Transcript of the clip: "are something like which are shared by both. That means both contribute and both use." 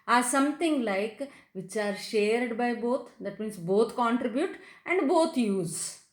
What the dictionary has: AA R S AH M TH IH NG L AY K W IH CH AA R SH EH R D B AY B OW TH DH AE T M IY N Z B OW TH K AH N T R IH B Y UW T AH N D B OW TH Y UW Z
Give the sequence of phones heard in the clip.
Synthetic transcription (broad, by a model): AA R S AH M T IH NG L AY K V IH CH AA R SH EH R D B AY B OW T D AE T M IY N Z B OW T K AH N T R IH B Y UW T AH N D B OW T Y UW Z